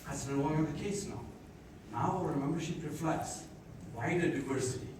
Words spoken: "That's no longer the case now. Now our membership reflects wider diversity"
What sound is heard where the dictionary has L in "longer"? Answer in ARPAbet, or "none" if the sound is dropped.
N